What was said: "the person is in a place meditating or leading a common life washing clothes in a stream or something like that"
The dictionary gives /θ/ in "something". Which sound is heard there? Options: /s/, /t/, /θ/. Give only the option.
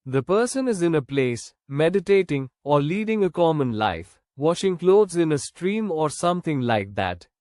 /t/